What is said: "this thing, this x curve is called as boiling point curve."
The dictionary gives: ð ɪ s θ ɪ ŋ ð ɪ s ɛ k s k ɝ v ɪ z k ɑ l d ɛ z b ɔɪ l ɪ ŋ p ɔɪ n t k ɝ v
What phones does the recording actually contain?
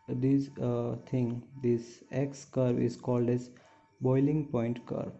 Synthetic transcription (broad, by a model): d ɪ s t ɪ ŋ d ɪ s ɛ k s k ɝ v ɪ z k ɑ l d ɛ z b ɔɪ l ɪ ŋ p ɔɪ n t k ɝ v